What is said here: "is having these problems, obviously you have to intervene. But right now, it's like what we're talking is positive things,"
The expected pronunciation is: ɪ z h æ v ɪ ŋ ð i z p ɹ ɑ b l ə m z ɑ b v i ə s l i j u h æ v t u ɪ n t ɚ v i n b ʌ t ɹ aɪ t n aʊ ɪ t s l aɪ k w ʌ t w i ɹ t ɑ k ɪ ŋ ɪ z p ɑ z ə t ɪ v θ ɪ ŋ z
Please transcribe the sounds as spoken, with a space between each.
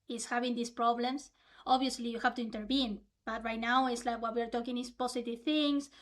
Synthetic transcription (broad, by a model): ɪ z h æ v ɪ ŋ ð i s p ɹ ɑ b l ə m s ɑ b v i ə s l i j u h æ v t u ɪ n t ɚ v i n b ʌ t ɹ aɪ t n aʊ ɪ t s l aɪ k w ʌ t w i ɹ t ɑ k ɪ ŋ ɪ s p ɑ s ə t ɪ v θ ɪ ŋ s